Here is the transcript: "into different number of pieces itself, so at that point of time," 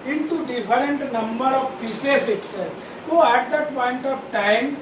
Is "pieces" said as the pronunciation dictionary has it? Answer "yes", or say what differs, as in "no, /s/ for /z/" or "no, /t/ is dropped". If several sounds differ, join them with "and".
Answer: no, /z/ is dropped